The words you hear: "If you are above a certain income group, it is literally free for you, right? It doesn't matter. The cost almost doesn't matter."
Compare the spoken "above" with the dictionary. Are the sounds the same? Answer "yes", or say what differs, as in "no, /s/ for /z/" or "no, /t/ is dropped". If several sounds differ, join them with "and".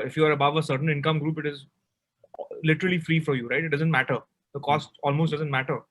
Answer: yes